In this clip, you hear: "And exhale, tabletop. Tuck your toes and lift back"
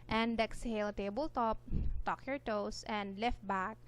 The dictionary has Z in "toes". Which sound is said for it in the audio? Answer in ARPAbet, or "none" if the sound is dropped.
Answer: S